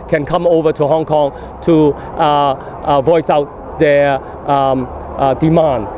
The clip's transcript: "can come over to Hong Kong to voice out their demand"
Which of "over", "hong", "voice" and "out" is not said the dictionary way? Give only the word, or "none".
none